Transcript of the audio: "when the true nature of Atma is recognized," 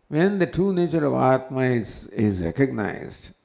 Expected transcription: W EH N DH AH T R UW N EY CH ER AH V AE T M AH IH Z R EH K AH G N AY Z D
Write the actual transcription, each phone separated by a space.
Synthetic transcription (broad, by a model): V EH N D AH T R UW N EY CH ER AH V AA T M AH IH Z R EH K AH G N AY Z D